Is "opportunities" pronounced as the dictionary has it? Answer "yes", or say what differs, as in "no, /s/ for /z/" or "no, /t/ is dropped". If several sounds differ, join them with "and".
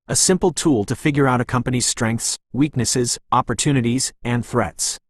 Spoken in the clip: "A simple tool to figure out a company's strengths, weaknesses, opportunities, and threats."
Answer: yes